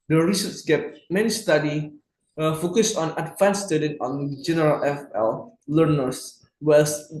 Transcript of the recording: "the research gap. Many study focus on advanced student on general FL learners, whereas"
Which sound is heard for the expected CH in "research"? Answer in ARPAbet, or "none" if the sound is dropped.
S